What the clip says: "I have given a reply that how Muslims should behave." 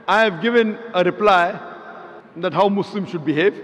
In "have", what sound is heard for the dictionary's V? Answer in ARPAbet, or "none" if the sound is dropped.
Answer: V